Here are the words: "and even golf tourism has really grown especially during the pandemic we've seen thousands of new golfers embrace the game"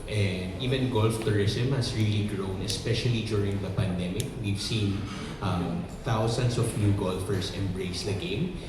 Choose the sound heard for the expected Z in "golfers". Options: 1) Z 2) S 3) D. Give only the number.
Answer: 2